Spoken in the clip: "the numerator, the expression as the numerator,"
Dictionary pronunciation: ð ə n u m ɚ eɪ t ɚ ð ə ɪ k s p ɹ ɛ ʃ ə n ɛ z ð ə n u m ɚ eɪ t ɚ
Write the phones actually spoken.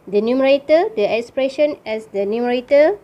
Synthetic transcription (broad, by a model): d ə n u m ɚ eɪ t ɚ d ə ɪ k s p ɹ ɛ ʃ ə n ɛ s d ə n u m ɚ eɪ t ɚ